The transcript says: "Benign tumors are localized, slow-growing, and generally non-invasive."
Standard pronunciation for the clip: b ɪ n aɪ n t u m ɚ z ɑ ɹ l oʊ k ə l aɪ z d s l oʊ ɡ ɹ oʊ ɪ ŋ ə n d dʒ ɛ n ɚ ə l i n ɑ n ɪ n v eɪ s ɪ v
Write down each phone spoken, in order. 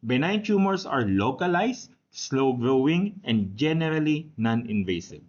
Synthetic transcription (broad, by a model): b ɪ n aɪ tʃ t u m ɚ s ɑ ɹ l oʊ k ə l aɪ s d s l oʊ ɡ ɹ oʊ ɪ ŋ ə n d dʒ ɛ n ɚ ə l i n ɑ n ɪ n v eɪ s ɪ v